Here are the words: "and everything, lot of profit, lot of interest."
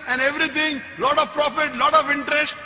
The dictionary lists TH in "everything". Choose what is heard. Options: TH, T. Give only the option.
T